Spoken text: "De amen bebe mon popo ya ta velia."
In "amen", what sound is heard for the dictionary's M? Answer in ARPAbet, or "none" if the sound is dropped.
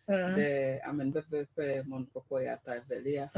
M